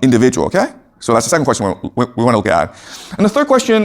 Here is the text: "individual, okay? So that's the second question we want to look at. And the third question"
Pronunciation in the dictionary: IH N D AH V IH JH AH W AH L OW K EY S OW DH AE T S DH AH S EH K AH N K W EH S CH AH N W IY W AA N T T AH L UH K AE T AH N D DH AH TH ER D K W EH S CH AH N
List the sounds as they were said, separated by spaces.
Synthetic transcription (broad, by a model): IH N D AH V IH JH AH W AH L OW K EY S OW DH AE T S DH AH S EH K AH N K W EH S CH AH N W IY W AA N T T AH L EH AE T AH N DH AH TH ER D K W EH S CH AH N